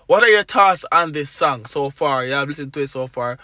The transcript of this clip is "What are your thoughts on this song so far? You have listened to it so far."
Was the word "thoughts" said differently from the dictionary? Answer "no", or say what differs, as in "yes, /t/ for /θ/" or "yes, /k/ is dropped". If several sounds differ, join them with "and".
yes, /s/ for /t/